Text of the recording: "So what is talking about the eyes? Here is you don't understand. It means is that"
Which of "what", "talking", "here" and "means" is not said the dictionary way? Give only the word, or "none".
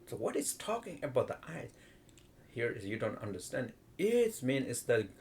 means